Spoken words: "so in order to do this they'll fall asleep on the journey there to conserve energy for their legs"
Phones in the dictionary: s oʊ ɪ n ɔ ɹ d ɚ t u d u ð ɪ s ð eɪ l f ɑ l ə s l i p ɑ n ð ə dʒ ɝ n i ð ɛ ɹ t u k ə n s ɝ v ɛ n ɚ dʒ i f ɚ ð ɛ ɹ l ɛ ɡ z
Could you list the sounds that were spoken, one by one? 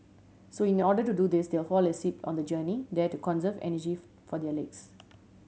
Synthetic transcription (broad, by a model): s oʊ ɪ n ɔ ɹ d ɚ t u d u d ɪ s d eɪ l f ɑ l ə s i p ɑ n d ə dʒ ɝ n i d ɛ t u k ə n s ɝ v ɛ n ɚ dʒ i f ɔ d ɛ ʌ l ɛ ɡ s